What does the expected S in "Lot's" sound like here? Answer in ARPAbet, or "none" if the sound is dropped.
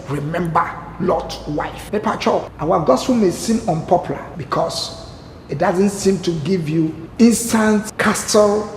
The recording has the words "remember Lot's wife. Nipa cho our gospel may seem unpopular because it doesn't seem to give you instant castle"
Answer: none